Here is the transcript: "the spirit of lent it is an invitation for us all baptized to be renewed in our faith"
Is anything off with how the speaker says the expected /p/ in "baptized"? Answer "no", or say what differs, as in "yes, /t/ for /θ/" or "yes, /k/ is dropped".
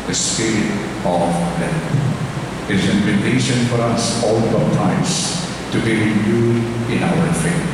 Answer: yes, /p/ is dropped